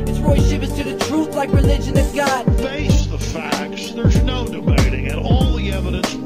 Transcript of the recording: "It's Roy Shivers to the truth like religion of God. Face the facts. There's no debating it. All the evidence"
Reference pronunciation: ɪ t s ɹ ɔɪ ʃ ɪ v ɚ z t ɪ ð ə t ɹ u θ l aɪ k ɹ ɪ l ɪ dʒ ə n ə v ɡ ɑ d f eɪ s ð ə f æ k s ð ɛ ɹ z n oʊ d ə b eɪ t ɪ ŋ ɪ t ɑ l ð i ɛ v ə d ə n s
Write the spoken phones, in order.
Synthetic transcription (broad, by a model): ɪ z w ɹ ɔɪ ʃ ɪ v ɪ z t ɪ ð ə t ɹ u θ l aɪ k ɹ ɪ l ɪ dʒ ə n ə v ɡ ɑ d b eɪ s ð ə f æ k s ð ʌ ɹ z n oʊ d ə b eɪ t ɪ ŋ ɪ t ɑ l ð i ɛ v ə d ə n s